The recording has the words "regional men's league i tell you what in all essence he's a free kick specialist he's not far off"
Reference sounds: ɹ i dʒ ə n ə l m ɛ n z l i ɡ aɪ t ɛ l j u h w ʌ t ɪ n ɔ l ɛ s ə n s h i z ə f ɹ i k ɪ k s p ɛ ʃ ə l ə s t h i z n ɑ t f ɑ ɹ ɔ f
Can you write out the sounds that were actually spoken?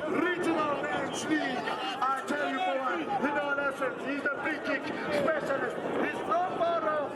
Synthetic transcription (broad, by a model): ɹ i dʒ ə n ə l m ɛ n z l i aɪ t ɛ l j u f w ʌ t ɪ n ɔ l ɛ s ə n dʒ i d ə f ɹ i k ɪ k s p ɛ ʃ ə l ə s t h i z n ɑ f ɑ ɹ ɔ